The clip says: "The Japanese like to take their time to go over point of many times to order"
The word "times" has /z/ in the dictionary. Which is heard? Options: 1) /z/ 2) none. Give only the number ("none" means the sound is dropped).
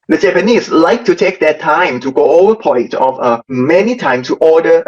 2